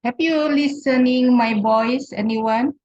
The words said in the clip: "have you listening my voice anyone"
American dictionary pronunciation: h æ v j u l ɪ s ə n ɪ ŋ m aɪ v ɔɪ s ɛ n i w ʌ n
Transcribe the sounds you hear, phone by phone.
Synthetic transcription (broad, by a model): h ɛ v j u l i s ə n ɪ ŋ m aɪ b ɔɪ s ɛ n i w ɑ n